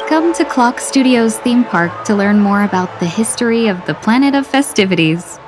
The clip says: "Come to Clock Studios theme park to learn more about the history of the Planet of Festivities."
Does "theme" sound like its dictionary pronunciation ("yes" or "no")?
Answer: yes